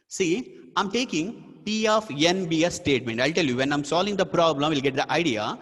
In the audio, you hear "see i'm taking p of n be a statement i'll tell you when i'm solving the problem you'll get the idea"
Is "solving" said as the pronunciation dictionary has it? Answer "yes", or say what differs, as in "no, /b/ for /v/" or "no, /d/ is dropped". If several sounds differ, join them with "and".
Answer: yes